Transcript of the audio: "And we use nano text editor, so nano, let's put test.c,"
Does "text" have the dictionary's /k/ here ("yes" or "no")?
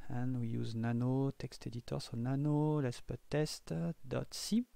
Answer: yes